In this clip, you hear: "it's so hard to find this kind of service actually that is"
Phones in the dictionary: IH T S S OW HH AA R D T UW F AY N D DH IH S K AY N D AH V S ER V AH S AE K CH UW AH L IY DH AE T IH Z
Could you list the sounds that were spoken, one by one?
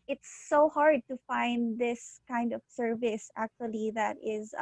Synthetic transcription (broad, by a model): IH T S S OW HH AA R D T UW F AY N D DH IH S K AY N D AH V S ER V AH S AE K CH UW AH L IY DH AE T IH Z